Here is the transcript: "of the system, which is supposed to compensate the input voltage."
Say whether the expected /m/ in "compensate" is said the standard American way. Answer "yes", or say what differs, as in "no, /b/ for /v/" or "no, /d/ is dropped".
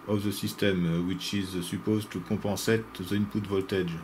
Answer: no, /m/ is dropped